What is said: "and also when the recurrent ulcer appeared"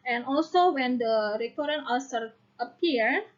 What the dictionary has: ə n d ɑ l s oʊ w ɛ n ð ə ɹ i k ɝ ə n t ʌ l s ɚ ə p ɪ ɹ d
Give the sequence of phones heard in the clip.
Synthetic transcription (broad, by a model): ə n ɑ l s oʊ w ɛ n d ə ɹ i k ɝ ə t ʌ n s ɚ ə p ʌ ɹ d